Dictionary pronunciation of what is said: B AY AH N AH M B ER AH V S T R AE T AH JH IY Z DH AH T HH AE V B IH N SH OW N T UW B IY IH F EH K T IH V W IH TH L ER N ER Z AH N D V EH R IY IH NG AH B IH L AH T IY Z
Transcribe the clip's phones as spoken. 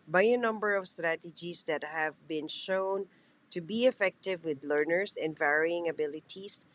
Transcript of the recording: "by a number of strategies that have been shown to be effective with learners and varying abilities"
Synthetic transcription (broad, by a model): B AY AH N AH M B ER AH V S T R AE T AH JH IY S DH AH T HH AE V B IH N SH OW N T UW B IY IH F EH K T IH V W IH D L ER N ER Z AH N D V EH R IY IH NG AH B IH L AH T IY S